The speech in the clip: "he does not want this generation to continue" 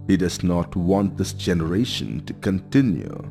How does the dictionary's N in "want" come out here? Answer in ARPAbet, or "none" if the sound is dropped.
N